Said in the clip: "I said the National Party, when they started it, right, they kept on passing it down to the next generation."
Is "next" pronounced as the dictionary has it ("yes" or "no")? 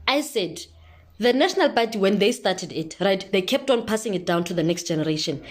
yes